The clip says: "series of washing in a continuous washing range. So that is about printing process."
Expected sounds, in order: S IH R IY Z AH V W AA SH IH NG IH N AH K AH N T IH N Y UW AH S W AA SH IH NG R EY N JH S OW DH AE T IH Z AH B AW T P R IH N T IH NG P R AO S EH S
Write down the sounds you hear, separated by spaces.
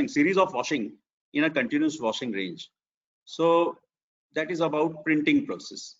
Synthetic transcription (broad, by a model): S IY R IY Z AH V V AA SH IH NG IH N AH K AH N T IH N Y UW AH S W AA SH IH NG R EY N JH S OW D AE T IH Z AH B AW T P R IH N T IH NG P R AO S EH S